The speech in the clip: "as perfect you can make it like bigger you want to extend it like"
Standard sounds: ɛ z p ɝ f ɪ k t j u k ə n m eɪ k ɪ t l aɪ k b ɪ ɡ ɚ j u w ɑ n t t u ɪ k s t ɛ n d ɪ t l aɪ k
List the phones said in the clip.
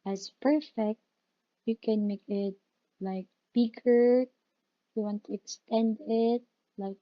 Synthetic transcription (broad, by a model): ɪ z p ɝ f ɪ k t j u k ə n m eɪ k ɪ t l aɪ k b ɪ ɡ ɚ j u w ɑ n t t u ɪ k s t ɛ n d ɪ t l aɪ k